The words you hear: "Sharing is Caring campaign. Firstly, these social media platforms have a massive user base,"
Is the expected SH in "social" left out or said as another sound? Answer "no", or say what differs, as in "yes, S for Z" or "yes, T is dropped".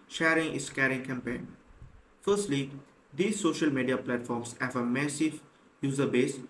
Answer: no